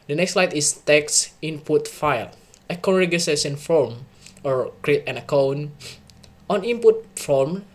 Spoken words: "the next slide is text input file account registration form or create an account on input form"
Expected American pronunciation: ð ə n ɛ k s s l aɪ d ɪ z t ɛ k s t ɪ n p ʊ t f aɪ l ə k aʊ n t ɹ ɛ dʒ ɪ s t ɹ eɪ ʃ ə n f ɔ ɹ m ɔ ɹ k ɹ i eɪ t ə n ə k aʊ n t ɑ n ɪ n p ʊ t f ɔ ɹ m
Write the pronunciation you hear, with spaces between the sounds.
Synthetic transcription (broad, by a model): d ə n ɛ k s s l aɪ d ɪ s t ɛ k s ɪ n p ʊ t f aɪ l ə k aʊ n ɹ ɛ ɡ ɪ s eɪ s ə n f ɔ ɹ m ɔ ɹ k ɹ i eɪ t ə n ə k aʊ n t ɑ n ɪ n p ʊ t f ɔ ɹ m